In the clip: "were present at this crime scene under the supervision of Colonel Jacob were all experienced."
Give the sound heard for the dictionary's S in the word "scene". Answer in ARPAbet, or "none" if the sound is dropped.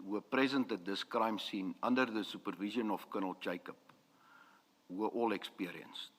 S